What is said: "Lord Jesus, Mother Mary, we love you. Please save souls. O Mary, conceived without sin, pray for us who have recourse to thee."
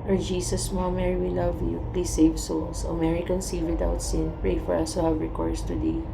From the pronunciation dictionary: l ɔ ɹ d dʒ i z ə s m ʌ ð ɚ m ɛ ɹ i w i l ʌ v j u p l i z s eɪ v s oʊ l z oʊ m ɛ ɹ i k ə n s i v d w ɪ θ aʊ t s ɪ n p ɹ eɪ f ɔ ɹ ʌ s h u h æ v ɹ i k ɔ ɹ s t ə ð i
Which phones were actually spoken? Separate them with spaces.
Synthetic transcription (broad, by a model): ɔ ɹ dʒ i s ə s m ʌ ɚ m ɛ ɹ i w i l ʌ v j u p l i s eɪ v s oʊ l s oʊ m ɛ ɹ i k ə n s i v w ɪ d aʊ t s ɪ n p ɹ eɪ f ɔ ɹ ʌ s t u h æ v ɹ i k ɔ ɹ s t ə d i